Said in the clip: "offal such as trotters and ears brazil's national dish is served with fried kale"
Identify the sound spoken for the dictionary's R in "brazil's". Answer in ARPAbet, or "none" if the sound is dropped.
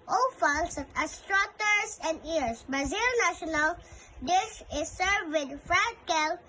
none